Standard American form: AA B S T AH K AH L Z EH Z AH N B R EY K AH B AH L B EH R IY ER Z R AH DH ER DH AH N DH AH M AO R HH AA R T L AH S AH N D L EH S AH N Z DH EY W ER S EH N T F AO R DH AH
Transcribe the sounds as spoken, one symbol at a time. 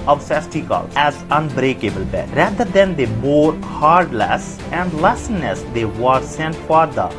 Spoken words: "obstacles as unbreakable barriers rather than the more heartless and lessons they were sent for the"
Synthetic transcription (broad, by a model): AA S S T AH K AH L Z EH Z AH N B R EY K AH B AH L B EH R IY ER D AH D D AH N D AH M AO R HH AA R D L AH S AH N D L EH S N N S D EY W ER S EH N T F AO R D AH